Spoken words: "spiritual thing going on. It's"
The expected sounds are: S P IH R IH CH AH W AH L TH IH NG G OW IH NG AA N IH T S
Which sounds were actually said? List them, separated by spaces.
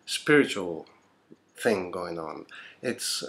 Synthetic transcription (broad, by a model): S P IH R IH CH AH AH L TH IH NG G OW IH NG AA N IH T S